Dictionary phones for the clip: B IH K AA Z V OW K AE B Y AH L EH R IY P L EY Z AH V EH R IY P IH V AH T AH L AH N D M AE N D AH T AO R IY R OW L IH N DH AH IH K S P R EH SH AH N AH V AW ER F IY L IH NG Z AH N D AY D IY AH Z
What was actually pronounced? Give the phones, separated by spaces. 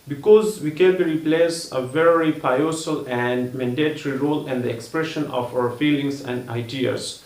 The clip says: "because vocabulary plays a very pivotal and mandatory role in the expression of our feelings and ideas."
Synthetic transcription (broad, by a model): B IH K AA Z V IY K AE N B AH R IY P L EY S AH V EH R IY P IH AH S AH L AH N D M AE N D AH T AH R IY R OW L IH N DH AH IH K S P R EH SH AH N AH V AW ER F IY L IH NG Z AH N D AY D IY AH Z